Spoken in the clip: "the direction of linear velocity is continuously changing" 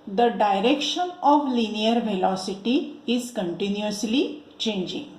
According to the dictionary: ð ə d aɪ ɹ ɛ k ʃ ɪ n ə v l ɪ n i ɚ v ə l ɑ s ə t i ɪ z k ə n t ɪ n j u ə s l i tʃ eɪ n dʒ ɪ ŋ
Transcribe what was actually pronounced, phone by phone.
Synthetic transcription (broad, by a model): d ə d aɪ ɹ ɛ k ʃ ɪ n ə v l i n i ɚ v ə l ɑ s ə t i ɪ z k ə n t ɪ n j u ə s l i tʃ eɪ n dʒ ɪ ŋ